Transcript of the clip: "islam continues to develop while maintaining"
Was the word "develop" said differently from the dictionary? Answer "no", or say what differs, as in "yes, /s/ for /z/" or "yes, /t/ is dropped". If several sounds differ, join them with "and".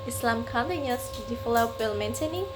yes, /f/ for /v/